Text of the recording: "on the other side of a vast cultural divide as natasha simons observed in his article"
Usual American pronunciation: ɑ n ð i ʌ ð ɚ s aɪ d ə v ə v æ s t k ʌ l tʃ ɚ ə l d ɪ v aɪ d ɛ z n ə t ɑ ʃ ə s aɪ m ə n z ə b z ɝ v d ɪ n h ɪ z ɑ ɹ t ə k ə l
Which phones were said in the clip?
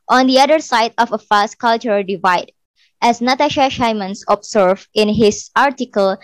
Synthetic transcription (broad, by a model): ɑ n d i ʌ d ɚ s aɪ d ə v ə f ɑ s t k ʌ l tʃ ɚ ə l d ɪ v aɪ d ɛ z n ə t ɑ ʃ ə ʃ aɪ m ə n s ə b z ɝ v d ɪ n h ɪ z ɑ ɹ t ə k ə l